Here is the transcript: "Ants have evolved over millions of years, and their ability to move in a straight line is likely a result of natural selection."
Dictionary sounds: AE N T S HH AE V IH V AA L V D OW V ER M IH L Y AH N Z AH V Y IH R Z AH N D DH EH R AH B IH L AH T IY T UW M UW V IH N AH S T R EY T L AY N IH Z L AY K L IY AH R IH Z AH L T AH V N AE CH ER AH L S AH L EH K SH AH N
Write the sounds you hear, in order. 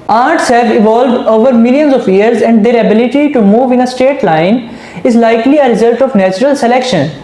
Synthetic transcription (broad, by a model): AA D T S HH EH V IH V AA L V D OW V ER M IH L Y AH N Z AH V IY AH R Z AH N D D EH R AH B IH L AH T IY T UW M UW V IH N AH S T EY T L AY N IH Z L AY K L IY AH R IH Z AH L T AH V N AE CH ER AH L S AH L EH K SH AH N